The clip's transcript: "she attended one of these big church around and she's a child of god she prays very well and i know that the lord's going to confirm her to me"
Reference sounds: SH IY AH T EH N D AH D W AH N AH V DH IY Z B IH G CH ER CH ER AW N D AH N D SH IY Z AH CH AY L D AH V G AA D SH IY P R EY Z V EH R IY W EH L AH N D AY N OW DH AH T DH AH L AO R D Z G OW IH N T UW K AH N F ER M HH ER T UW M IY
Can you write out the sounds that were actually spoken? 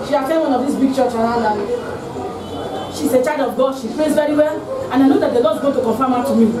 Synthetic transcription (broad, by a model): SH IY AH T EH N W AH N AH V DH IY S B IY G CH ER CH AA AW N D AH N SH IY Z AH CH AY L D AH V G AA D SH IY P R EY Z V EH R IY W EH L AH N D AY N OW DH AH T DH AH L AO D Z G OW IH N T UW K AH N F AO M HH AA T UW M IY